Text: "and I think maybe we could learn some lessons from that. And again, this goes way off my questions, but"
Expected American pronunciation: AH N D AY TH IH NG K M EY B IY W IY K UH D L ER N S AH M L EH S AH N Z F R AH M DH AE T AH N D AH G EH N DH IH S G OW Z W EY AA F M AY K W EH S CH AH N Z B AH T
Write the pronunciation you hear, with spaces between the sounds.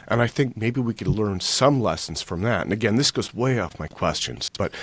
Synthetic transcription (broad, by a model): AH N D AY TH IH NG K M EY B IY W IY K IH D L ER N S AH M L EH S N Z F R AH M DH AE T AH N AH G EH N DH IH S G OW Z W EY AA F M AY K W EH S CH AH N Z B AH T